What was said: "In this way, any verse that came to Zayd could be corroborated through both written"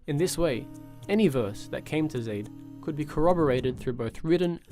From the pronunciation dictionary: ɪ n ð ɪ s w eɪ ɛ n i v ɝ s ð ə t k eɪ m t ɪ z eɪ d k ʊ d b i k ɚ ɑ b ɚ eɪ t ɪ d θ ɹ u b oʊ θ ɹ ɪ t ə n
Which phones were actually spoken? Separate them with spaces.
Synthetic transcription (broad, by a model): ɪ n ð ɪ s w eɪ ɛ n i v ɝ s ð ə t k eɪ m t ɪ z eɪ d k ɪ d b i k ɚ ɑ b ɚ eɪ t ɪ d θ ɹ u b oʊ θ ɹ ɪ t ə n